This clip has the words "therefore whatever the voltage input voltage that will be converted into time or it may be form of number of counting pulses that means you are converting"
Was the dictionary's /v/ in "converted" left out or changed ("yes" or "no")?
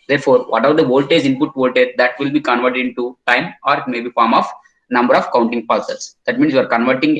no